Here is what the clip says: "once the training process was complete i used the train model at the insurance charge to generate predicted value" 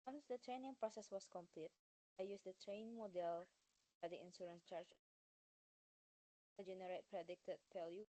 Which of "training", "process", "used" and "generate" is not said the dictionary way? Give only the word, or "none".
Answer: used